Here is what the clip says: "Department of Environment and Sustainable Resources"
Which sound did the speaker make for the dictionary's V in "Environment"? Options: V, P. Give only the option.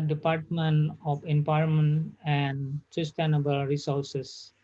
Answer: P